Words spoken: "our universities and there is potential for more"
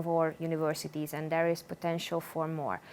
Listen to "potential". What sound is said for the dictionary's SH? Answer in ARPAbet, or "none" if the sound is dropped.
SH